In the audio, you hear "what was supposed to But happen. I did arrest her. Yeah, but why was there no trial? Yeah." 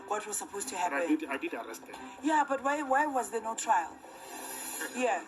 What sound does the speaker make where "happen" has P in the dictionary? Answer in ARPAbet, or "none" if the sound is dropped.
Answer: none